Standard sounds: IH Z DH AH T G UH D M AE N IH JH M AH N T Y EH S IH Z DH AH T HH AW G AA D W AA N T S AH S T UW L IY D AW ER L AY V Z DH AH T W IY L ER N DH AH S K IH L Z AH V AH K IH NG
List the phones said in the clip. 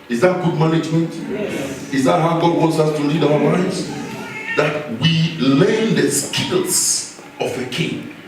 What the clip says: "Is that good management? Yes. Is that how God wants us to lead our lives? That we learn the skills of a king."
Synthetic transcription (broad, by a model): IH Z DH AH T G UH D M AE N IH JH M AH N T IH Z DH AH T HH AW G AA D W AA N T S AH S T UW L IY D AW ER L AY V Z DH AH T W IY L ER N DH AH S K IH L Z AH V AH K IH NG